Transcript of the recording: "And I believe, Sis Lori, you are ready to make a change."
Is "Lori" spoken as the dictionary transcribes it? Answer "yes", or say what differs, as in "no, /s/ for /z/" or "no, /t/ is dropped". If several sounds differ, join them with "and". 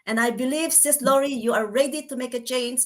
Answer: yes